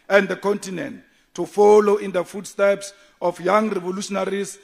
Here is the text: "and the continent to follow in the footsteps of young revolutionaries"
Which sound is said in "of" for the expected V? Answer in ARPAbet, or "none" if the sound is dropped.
F